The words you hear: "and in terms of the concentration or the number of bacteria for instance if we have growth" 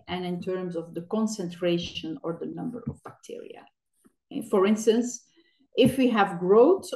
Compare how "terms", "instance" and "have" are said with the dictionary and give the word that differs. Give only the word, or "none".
none